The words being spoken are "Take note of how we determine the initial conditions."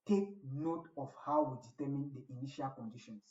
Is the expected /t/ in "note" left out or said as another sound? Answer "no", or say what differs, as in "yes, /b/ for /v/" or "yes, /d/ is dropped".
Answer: no